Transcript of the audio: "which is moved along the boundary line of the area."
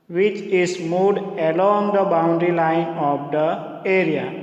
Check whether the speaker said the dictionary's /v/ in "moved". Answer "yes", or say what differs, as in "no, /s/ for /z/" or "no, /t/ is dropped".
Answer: no, /v/ is dropped